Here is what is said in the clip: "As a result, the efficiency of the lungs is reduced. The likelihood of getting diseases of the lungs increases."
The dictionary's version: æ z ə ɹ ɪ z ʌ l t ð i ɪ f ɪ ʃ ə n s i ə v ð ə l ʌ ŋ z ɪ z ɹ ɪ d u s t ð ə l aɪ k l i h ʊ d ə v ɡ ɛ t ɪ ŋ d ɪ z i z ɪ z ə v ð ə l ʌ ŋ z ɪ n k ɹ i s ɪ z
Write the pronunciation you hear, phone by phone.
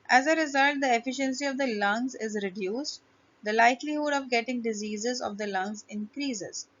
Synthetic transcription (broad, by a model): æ z ə ɹ ɪ z ʌ l t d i ɪ f ɪ ʃ ə n s i ə v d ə l ʌ ŋ z ɪ z ɹ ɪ d u s t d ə l aɪ k l i h ʊ d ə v ɡ ɛ t ɪ ŋ d ɪ z i z ɪ z ə v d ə l ʌ ŋ z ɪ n k ɹ i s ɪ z